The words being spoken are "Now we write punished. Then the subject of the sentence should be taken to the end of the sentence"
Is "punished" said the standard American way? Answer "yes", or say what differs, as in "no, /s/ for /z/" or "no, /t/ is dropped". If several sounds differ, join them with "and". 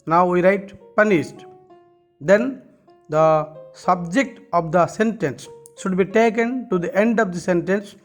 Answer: no, /s/ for /ʃ/